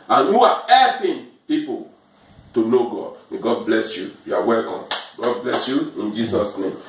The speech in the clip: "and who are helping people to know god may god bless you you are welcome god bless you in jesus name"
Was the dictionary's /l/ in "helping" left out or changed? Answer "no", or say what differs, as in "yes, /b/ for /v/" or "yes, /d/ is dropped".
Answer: yes, /l/ is dropped